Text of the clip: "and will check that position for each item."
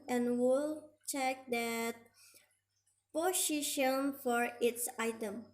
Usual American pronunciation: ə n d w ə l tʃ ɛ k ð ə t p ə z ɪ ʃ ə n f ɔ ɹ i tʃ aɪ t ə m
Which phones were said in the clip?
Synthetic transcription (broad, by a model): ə n w ə l tʃ ɛ k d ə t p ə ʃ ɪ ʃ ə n f ɔ ɹ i s aɪ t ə m